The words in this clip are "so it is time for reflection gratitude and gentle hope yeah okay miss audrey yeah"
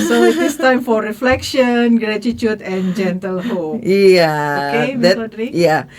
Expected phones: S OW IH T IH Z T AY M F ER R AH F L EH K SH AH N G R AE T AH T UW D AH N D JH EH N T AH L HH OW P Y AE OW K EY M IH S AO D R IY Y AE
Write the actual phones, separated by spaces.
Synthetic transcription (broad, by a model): S OW IH T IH S T AY M F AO R AH F L EH K SH AH N G R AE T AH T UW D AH N JH EH N T AH L HH OW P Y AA OW K EY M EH AO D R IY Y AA